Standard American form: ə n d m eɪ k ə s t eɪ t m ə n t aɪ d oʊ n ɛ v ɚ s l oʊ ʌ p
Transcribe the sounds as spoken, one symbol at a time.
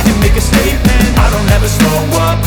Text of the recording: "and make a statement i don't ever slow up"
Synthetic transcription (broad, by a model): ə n m eɪ k ə s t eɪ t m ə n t aɪ d oʊ n ɛ v ɚ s oʊ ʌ